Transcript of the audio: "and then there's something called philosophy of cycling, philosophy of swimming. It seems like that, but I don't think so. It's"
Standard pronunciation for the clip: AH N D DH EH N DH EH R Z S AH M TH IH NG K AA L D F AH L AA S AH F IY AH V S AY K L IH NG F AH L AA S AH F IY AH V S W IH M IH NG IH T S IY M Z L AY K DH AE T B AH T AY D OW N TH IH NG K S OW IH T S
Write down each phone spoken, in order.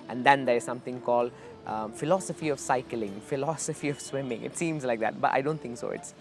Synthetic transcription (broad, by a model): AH N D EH N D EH R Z S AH M T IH NG K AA L D F AH L AA S AH F IY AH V S AY K L IH NG F AH L AA S AH F IY AH V S W IH M IH NG IH T S IY M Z L AY K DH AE T B AH T AY D OW N T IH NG K S OW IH T S